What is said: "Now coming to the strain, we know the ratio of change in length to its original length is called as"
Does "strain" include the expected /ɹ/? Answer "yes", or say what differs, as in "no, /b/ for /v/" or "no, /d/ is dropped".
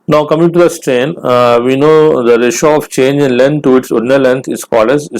yes